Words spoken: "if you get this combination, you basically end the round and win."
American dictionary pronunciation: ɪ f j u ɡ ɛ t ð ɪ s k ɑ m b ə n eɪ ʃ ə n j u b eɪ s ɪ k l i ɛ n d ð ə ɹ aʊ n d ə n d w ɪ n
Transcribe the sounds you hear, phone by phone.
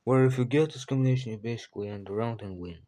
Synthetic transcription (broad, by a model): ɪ f j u ɡ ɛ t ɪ s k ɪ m ə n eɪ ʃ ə n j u b eɪ s ɪ k l i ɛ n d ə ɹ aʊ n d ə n w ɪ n